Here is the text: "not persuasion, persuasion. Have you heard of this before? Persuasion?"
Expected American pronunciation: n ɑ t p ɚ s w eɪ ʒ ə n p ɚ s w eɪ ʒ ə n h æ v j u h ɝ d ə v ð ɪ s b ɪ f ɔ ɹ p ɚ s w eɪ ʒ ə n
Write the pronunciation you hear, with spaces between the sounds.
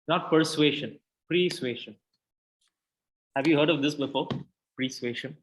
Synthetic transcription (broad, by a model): n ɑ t p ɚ s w eɪ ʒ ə n p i s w eɪ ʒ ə n h æ v j u h ɝ d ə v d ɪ s b ɪ f ɔ ɹ p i s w eɪ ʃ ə n